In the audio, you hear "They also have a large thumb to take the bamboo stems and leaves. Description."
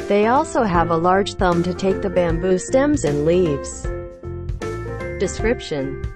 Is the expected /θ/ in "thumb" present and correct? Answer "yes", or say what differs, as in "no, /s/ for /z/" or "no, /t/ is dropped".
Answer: yes